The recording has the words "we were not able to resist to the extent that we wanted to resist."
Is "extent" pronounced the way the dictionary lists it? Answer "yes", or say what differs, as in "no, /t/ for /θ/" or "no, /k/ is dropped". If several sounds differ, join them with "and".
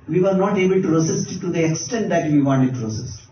yes